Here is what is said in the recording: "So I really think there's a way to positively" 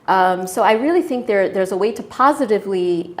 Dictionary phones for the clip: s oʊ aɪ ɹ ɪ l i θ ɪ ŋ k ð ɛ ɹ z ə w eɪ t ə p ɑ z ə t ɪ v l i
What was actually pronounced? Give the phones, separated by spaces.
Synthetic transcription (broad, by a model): s oʊ aɪ ɹ ɪ l i θ ɪ ŋ k ð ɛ ɹ z ə w eɪ t ə p ɑ z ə t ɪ v l i